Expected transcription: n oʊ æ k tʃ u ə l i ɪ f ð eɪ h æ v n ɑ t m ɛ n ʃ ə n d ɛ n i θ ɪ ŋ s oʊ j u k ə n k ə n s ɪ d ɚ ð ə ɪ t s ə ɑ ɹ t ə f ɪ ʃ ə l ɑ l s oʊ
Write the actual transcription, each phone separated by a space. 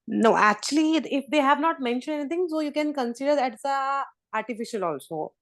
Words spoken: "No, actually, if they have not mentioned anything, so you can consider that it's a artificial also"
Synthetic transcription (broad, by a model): n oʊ æ k tʃ u ə l i ɪ f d eɪ h æ v n ɑ t m ɛ n ʃ ə n d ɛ n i t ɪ ŋ s oʊ j u k ə n k ə n s ɪ d ɚ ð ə t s ə ɑ ɹ t ə f ɪ ʃ ə l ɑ l s oʊ